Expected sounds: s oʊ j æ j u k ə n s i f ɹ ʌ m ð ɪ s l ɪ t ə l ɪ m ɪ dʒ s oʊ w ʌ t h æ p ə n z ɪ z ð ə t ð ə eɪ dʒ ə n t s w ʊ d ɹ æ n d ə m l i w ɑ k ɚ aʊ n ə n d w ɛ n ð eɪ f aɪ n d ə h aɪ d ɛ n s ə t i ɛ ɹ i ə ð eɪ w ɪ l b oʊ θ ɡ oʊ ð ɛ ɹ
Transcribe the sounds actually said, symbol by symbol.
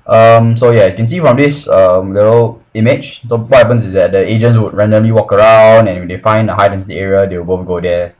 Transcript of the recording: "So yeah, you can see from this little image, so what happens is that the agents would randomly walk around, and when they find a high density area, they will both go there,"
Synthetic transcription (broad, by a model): s oʊ j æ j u k ə n s i f ɹ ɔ m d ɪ s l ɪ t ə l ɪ m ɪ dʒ s oʊ w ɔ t h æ p ə n s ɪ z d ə t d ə eɪ dʒ ə n t s w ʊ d ɹ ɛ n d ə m l i w ɑ k ɚ aʊ n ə n w ɛ n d eɪ f aɪ n d ə h aɪ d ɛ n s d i ɛ ɹ i ə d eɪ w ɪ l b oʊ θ ɡ oʊ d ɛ